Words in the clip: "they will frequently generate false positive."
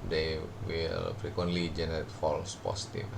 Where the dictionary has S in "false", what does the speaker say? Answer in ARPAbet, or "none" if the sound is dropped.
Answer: S